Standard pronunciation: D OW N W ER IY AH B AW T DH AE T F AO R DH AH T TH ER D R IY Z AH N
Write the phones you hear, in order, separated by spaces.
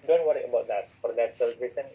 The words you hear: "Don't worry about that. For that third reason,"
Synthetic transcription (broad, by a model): D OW N W ER IY AH B AW T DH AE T F AO R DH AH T S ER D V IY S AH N